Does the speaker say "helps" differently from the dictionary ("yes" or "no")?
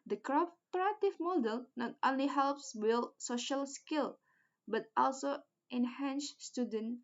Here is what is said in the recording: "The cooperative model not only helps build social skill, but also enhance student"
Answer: no